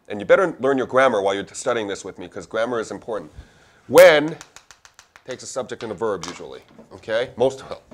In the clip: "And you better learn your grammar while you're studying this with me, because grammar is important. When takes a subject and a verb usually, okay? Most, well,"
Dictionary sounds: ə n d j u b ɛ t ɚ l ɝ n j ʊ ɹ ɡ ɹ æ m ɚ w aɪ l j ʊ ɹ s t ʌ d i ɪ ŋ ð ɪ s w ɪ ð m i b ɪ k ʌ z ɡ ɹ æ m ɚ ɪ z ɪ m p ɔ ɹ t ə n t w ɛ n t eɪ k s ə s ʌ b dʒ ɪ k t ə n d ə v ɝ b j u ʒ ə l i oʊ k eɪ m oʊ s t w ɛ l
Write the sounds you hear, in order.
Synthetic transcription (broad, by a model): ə n j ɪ b ɛ t ɚ l ɝ n j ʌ ɹ ɡ ɹ æ m ɚ w aɪ l j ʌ ɹ s t ʌ d i ɪ ŋ ð ɪ s w ɪ ð m i k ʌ z ɡ ɹ æ m ɚ ɪ z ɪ m p ɔ ɹ t n t w ɛ n t eɪ k s ə s ʌ b dʒ ɪ k t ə n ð ə v ɝ b j u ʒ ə l i oʊ k eɪ m oʊ s t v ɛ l